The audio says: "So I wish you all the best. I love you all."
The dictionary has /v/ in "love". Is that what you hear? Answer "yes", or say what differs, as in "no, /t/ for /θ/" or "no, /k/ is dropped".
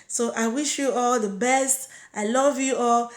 yes